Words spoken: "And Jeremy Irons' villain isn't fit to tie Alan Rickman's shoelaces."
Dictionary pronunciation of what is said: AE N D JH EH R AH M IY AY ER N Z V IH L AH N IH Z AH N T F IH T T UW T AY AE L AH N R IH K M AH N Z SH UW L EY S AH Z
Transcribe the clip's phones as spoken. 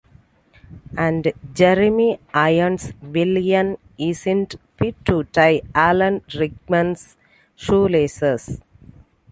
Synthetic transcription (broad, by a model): AE N D JH EH R AH M IY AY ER N S V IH L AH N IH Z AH N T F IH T T UW T AY AE L AH N R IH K M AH N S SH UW L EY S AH S